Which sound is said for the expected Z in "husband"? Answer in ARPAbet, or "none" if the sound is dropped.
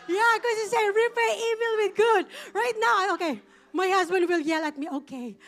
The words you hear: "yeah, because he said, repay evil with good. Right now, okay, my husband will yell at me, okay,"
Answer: Z